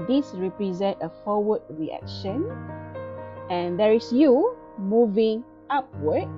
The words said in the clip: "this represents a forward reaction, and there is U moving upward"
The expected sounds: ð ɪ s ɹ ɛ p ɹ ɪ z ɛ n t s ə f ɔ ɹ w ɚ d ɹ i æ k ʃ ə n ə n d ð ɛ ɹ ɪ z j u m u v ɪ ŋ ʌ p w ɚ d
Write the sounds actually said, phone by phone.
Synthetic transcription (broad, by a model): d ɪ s ɹ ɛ p ɹ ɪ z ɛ n t ə f ɔ w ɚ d ɹ i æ k ʃ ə n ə n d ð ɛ ɹ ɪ s j u m u v ɪ ŋ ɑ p w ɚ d